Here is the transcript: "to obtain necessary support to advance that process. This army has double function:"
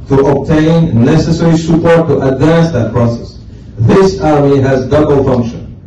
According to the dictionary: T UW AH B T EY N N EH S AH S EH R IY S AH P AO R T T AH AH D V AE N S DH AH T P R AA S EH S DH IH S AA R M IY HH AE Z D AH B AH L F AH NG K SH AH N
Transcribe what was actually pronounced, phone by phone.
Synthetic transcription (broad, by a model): T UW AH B T EY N N EH S AH S EH R IY S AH P AO R T T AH AH D V AE N S DH AH T P R AA S EH S DH IH S AA R M IY HH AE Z D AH B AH L F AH NG K SH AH N